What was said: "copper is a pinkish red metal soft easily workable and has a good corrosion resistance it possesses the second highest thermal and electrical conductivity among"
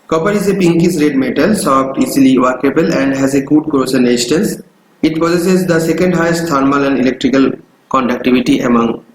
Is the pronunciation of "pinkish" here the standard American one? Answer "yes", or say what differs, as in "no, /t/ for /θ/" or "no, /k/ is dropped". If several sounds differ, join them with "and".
no, /s/ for /ʃ/